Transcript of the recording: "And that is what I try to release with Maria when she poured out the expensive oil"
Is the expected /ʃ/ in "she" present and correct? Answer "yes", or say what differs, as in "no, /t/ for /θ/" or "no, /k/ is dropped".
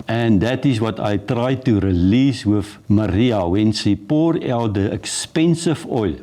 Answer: no, /s/ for /ʃ/